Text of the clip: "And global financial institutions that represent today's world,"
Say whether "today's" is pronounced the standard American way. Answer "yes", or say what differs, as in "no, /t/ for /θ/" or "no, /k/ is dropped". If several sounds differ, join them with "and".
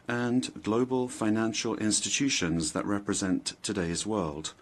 yes